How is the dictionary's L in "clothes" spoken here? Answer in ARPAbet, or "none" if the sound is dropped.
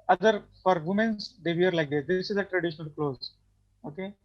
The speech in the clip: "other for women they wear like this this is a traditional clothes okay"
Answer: L